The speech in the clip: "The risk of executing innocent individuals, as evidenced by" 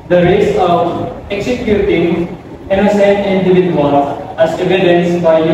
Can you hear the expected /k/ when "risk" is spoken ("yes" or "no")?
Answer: no